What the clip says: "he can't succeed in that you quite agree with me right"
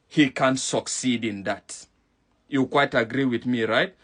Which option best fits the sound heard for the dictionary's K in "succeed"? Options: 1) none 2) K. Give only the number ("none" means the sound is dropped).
2